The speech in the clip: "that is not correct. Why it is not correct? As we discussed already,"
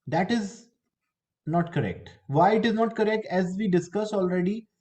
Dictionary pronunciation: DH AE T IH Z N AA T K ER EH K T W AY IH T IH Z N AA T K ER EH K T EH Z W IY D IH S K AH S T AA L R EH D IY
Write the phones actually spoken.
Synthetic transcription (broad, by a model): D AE T IH Z N AA T K ER EH K T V AY IH T IH Z N AA T K ER EH K T EH Z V IY D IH S K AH S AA L R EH D IY